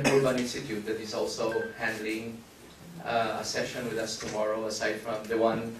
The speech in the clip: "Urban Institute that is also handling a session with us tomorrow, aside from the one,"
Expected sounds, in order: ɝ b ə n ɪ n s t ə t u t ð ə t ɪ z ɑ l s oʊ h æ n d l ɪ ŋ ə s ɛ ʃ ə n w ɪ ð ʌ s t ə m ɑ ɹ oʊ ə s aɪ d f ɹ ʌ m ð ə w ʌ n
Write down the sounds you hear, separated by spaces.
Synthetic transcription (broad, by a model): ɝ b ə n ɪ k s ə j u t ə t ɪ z ɑ l s oʊ h æ n d l ɪ ŋ ə s ɛ ʃ ə n w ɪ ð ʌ s t ə m ɑ ɹ oʊ ə s aɪ d f ɹ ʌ m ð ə w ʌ n